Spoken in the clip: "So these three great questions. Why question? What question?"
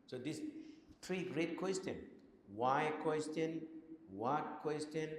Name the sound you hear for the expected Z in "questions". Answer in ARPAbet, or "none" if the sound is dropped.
none